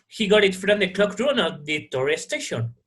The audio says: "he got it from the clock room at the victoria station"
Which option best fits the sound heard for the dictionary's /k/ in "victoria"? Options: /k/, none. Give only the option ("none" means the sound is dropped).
none